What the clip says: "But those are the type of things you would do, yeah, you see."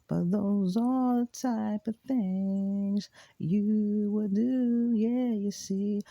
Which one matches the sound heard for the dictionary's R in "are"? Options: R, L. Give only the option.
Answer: L